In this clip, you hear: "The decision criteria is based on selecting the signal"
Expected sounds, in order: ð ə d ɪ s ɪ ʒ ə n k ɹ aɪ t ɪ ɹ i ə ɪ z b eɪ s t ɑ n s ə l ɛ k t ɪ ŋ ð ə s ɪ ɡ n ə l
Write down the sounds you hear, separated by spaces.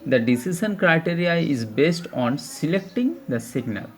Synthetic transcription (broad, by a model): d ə d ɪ s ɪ ʃ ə n k ɹ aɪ t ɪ ɹ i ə ɪ z b eɪ s t ɑ n s ə l ɛ k t ɪ ŋ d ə s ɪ ɡ n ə l